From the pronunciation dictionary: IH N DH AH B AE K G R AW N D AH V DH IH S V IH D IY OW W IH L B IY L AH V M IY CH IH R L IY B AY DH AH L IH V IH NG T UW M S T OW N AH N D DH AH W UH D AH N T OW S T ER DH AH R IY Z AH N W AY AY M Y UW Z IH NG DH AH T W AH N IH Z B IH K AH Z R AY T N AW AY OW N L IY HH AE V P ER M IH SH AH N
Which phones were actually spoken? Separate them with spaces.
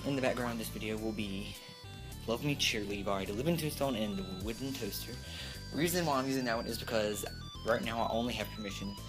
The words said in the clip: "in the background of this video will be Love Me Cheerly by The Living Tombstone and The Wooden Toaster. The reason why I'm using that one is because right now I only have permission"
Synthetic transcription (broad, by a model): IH N DH AH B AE K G R AW N DH IH S V IH D IY OW W IH L B IY L AH V M IY CH IH R L IY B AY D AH L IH V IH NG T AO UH S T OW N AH N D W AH W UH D N T OW S T ER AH R IY Z AH N W AY AY M Y UW Z IH NG DH AH T W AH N IH Z B IH K AH Z R AY T N AW AY OW N L IY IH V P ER M IH SH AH N